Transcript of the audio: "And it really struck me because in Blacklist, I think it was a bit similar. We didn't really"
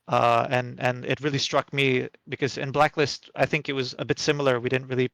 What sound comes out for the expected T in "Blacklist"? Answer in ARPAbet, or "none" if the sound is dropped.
T